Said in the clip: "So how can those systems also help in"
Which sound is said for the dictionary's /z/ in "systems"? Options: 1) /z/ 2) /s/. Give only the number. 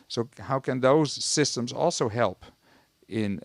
1